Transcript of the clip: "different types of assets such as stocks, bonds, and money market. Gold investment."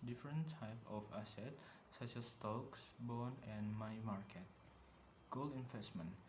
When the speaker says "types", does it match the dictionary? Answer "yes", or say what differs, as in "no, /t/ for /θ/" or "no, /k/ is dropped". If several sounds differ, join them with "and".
no, /s/ is dropped